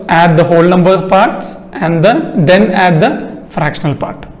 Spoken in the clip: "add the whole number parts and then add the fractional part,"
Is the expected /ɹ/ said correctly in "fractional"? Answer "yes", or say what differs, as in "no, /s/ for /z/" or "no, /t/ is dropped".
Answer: yes